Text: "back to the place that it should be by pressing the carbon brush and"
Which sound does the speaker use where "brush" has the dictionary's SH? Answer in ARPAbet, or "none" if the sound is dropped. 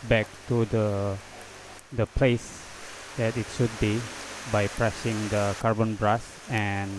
S